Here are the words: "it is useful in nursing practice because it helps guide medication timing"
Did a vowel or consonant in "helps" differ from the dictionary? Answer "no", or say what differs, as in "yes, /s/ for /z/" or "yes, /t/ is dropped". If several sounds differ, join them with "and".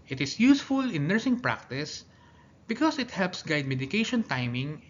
no